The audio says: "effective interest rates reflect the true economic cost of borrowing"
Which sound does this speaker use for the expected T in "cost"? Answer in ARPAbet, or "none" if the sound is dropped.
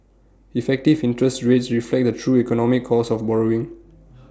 none